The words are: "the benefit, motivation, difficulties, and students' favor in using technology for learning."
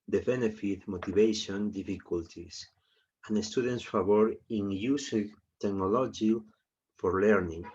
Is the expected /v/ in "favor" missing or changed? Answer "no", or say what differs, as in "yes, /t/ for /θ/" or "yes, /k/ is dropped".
yes, /b/ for /v/